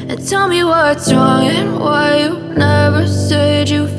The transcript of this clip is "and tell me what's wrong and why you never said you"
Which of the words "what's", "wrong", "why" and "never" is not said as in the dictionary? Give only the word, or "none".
none